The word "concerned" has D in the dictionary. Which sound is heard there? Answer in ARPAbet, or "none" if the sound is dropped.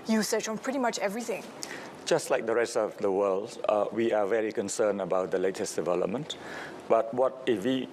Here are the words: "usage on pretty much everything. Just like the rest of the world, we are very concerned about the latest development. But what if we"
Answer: none